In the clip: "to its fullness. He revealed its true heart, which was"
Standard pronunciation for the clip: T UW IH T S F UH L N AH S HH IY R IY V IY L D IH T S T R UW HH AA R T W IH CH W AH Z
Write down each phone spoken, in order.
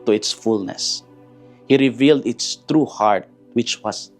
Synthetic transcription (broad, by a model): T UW IH T S F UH L N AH S HH IY R IY V IY L D IH T S T R UW HH AA R T W IH CH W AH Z